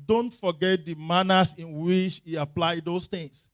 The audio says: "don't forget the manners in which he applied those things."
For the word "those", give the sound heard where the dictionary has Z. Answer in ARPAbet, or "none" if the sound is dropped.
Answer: S